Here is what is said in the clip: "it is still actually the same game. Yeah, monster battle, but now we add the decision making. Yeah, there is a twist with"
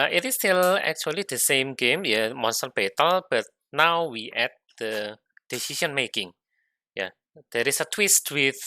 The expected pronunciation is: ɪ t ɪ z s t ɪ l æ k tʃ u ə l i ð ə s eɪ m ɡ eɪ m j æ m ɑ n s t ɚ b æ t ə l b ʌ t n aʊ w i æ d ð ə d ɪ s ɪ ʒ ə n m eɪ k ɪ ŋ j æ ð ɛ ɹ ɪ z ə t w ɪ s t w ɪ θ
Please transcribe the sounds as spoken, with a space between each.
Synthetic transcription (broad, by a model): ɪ t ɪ s t ɪ l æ k tʃ u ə l i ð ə s eɪ m ɡ eɪ m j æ m ɑ n s t ɚ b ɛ t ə l b ʌ t n aʊ w i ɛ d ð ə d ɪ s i ʃ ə n m eɪ k ɪ ŋ j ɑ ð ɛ ɹ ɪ s ə t w ɪ s t w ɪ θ